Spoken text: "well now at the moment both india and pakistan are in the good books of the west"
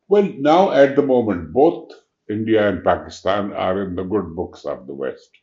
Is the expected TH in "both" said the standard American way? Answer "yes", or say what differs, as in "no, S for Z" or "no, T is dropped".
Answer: no, T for TH